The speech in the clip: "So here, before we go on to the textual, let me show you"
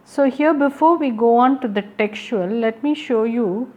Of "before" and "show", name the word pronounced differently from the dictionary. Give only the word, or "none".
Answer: none